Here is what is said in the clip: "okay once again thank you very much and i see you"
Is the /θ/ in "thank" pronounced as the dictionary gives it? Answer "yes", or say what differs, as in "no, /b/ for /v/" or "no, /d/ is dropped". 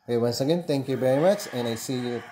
no, /t/ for /θ/